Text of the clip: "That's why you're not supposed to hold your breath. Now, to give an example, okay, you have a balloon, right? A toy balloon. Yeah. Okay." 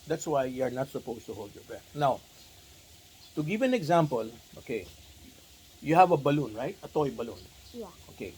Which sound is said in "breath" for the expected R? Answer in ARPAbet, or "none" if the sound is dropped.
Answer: none